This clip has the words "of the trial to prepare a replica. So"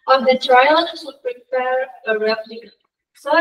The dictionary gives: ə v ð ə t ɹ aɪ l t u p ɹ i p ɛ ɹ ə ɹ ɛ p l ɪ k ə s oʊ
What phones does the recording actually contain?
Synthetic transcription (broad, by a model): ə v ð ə t ɹ aɪ l s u p ɹ i p ɛ ɹ ə ɹ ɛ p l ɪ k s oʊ